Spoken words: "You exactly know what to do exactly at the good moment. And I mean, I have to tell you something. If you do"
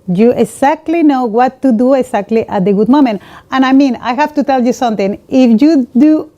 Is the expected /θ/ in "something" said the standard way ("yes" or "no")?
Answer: no